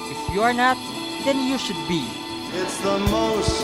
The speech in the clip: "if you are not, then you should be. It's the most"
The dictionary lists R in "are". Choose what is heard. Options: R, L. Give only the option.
R